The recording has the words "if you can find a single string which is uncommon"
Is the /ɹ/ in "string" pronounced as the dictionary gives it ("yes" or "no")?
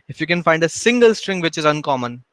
yes